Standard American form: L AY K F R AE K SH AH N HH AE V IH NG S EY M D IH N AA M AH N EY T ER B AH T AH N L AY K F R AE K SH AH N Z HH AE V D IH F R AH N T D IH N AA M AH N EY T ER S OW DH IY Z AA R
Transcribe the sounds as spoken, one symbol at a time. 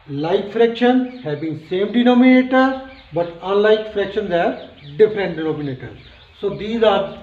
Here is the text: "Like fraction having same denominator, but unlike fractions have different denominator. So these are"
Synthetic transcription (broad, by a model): L AY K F R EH K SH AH N HH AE B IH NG S EY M D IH N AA M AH N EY T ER B AH T AH N L AY K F R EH K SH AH N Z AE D D IH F R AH N T D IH N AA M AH N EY T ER S OW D IY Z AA R